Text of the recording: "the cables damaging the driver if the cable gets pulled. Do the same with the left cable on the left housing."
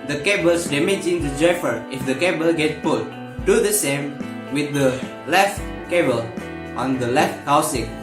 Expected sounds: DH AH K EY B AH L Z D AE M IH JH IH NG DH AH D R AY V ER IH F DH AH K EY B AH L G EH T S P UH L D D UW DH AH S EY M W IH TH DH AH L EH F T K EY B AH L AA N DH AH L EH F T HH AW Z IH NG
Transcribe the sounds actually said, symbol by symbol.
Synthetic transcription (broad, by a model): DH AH K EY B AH L S D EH M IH JH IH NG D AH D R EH F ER IH F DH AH K EY B AH L G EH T P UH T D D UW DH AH S EY M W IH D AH L EH F T K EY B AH L AA N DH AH L EH F T HH AW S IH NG